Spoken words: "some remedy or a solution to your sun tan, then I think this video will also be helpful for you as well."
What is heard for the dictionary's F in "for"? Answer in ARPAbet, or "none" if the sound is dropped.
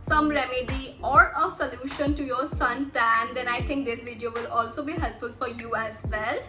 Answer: F